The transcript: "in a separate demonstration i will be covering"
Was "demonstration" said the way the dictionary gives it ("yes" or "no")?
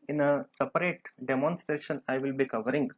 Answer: yes